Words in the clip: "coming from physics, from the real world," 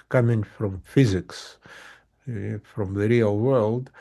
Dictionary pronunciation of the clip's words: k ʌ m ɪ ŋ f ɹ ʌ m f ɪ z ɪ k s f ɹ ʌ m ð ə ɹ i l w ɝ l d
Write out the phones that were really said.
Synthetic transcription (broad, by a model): k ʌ m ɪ ŋ f ɹ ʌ m f ɪ z ɪ k s f ɹ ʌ m ð ə ɹ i l w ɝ l d